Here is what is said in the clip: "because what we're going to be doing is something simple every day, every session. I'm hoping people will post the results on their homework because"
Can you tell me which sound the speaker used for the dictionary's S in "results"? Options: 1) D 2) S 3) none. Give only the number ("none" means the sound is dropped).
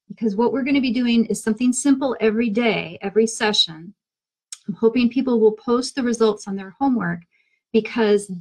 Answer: 2